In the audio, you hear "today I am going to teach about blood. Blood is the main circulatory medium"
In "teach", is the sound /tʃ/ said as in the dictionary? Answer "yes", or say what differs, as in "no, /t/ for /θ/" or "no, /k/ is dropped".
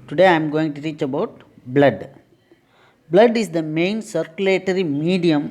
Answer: yes